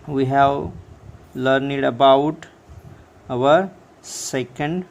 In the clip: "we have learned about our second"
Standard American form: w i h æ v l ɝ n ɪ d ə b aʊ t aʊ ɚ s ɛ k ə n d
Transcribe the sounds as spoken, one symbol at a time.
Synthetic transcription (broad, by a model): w i h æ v l ɝ n ɪ d ə b aʊ t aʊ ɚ s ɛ k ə n d